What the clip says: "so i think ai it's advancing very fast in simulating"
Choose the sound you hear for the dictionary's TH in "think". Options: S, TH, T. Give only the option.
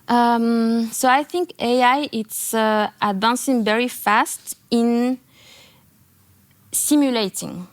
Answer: TH